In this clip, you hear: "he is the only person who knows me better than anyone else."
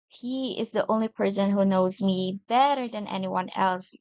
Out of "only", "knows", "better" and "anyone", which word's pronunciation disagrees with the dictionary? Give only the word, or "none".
none